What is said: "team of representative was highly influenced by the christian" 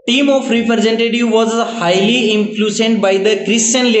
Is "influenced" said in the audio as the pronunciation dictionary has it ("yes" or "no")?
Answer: no